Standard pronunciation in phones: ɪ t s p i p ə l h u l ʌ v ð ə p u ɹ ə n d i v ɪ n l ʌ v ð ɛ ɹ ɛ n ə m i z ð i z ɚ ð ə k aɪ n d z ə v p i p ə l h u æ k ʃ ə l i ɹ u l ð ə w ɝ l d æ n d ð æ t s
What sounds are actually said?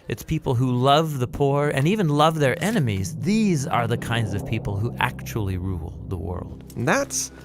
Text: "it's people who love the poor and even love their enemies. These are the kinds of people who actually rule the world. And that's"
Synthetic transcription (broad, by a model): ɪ t s p i p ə l h u l ʌ v ð ə p u ɹ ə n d i v ɪ n l ʌ v ð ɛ ɹ ɛ n ə m i z ð i z ɚ ð ə k aɪ n d z ə v p i p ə l h u æ k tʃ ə l i ɹ u l ð ə w ɝ l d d ð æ t s